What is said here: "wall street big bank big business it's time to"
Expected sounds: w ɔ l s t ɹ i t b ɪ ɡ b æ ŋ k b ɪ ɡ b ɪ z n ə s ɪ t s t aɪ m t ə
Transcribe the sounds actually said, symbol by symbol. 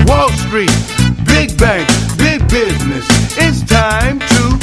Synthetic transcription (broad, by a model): w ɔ l s t ɹ i t b ɪ ɡ b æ ŋ k b ɪ ɡ b ɪ z n ə s ɪ t s t aɪ m t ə